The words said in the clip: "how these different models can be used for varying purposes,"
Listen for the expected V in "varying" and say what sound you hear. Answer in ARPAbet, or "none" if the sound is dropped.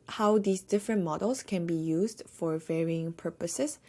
V